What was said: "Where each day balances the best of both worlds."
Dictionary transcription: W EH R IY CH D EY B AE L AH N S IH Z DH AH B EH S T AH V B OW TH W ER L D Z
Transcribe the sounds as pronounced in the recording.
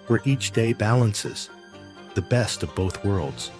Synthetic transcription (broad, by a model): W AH R IY CH D EY B AE L AH N S IH Z DH AH B EH S T AH V B OW TH W ER L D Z